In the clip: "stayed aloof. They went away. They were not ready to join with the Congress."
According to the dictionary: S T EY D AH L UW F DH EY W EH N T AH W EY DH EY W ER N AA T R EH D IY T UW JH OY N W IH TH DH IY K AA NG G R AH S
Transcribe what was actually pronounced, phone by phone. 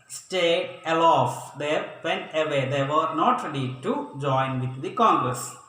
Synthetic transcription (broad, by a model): S T EY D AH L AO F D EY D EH N AH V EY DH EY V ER N AA T R EH D IY T UW JH OY N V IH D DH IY K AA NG G R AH S